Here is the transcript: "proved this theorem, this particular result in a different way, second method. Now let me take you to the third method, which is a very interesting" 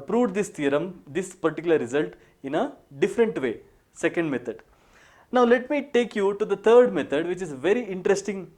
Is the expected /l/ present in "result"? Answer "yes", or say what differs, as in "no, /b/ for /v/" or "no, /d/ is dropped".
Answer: yes